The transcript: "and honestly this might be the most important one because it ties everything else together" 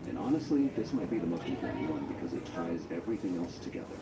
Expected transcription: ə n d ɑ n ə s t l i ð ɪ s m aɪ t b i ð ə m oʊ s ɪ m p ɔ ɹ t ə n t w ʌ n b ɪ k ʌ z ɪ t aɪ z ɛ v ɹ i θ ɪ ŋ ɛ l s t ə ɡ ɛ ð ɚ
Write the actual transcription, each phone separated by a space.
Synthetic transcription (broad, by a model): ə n ɑ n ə s t l i ð ɪ s m aɪ t b i ð ə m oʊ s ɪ p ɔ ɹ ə w ʌ n b ɪ k ʌ z ɪ t aɪ z ɛ v ɹ i θ ɪ ŋ ɛ l s t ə ɡ ɛ ð ɚ